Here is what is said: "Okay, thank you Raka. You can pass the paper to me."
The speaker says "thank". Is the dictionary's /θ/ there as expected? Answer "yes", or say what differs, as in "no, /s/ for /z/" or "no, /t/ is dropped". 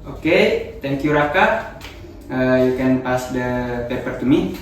no, /t/ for /θ/